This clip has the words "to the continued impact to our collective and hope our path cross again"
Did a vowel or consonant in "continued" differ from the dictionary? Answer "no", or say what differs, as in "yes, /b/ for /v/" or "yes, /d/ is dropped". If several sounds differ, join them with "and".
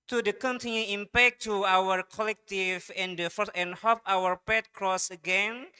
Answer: yes, /d/ is dropped